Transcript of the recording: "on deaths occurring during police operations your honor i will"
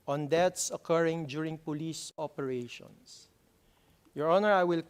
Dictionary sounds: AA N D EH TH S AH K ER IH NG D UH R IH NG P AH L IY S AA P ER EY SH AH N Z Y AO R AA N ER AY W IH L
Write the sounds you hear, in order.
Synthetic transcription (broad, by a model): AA N D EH T S AH K ER IH NG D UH R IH NG P AH L IY S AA P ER EY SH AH N S Y AO R AA N ER AY W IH L